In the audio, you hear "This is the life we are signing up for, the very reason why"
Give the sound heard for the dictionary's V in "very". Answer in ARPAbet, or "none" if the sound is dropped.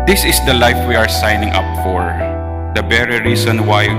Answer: B